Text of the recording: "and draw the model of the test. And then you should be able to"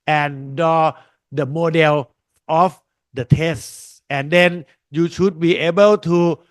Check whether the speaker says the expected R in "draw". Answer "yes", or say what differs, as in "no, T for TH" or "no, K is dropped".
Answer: no, R is dropped